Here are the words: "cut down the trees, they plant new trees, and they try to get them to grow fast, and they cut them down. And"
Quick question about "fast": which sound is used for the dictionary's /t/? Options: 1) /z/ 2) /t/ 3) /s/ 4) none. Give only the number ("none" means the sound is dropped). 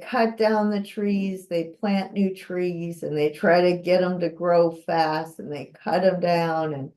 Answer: 2